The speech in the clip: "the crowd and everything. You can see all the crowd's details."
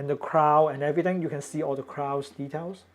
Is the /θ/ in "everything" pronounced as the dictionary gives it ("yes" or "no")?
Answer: no